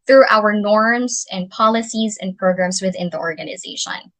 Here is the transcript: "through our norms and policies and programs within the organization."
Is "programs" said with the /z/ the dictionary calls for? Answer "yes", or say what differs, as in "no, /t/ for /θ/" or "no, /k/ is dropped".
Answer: yes